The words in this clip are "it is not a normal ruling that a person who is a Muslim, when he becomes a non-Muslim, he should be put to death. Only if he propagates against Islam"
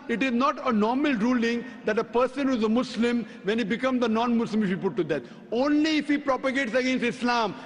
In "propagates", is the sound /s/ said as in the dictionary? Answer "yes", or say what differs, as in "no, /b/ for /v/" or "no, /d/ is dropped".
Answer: yes